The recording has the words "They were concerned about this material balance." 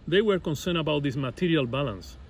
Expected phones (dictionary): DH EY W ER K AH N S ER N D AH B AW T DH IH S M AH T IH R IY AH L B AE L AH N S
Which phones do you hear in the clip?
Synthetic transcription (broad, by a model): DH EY W ER K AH N S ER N AH B AW T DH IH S M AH T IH R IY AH L B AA L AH N S